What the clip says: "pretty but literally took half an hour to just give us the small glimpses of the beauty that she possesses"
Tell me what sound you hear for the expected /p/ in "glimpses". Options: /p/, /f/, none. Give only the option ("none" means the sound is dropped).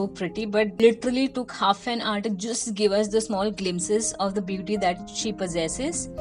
none